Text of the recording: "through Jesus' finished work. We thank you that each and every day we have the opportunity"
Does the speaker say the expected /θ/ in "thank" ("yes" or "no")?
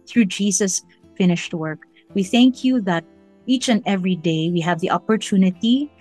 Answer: yes